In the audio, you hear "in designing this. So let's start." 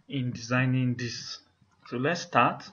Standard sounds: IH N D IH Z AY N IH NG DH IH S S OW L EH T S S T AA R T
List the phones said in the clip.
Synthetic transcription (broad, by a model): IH N D IH Z AY N IH NG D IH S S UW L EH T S S T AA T